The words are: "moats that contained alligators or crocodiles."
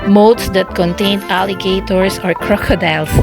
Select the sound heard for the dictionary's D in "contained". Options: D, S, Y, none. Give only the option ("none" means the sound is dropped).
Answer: none